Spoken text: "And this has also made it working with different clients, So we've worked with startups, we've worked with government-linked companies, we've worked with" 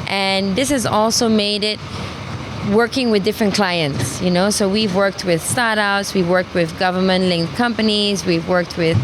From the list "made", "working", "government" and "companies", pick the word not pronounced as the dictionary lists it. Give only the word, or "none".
none